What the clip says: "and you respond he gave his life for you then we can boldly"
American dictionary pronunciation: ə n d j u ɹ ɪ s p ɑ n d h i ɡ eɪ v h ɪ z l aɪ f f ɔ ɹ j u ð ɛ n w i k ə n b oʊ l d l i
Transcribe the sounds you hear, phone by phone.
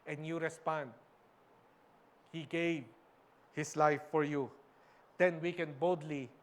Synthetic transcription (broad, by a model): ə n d j u ɹ ɪ s p ɑ n d h i ɡ eɪ v h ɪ s l aɪ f f ɔ ɹ j u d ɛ n w i k ə n b oʊ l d l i